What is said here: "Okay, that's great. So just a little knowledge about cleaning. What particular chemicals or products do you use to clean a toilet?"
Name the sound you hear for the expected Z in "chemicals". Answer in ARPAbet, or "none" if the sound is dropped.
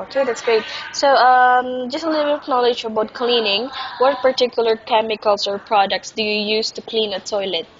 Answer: S